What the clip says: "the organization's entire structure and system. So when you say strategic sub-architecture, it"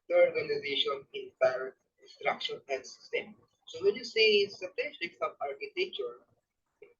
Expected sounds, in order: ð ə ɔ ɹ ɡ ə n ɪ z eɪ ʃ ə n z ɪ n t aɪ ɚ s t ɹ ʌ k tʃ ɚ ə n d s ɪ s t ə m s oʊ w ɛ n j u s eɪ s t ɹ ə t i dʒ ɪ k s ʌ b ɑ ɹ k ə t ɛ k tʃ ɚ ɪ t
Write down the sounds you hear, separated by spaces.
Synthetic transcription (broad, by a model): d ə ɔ ɹ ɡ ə n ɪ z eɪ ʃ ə n ɪ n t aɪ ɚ s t ɹ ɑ k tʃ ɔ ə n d s ɪ s t ə m s oʊ w ɛ n j u s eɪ s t ə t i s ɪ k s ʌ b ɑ ɹ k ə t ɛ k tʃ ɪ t